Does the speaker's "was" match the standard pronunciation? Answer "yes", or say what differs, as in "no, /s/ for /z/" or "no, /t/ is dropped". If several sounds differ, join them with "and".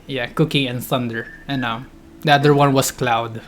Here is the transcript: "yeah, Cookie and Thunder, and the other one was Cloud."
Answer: no, /s/ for /z/